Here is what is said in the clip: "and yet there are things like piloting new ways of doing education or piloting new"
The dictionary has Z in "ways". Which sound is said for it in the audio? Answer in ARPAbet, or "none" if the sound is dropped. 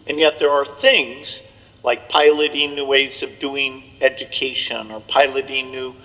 Z